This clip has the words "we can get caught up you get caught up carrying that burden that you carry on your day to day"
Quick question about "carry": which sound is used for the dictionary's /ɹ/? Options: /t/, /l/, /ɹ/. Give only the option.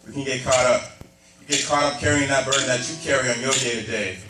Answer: /ɹ/